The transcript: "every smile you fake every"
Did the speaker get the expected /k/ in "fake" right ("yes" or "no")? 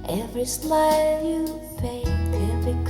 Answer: no